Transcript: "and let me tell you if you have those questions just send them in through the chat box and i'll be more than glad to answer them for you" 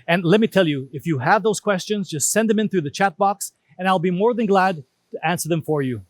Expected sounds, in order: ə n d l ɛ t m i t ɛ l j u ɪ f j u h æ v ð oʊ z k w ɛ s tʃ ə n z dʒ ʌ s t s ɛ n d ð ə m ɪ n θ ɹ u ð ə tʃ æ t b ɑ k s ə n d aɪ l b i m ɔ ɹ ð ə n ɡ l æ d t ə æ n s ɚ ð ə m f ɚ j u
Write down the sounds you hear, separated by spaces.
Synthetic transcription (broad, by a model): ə n l ɛ t m i t ɛ l j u ɪ f j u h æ v ð oʊ z k w ɛ s tʃ ə n z dʒ ʌ s t s ɛ n d ð ə m ɪ n θ ɹ u ð ə tʃ æ t b ɑ k s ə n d aɪ l b i m ɔ ɹ ð ə n ɡ l æ d t ə æ n s ɚ ð ə m f ɚ j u